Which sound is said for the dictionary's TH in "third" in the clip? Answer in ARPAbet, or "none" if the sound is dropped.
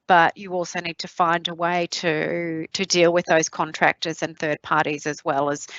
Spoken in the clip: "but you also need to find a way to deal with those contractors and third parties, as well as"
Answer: TH